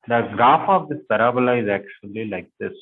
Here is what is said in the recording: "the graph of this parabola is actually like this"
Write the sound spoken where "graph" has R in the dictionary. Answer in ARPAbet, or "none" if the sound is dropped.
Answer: none